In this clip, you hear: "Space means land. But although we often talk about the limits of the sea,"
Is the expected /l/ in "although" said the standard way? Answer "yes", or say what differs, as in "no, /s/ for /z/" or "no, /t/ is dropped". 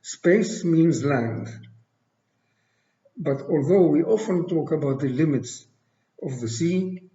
yes